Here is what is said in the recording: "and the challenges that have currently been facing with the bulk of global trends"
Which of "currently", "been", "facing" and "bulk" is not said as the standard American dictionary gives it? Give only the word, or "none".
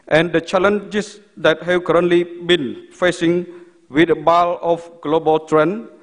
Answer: bulk